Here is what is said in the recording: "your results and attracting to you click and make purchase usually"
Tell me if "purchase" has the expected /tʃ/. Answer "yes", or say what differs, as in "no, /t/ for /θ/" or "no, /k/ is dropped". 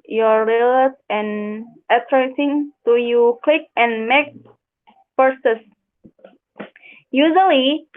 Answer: no, /s/ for /tʃ/